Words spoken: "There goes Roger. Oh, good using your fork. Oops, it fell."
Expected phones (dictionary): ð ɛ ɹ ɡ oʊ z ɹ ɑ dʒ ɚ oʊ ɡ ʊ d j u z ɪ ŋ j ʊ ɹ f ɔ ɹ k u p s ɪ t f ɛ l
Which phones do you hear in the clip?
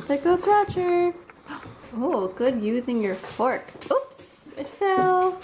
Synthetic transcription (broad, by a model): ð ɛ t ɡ oʊ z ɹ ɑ tʃ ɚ oʊ ɡ ʊ d j u z ɪ ŋ j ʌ ɹ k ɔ ɹ k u p s ɪ t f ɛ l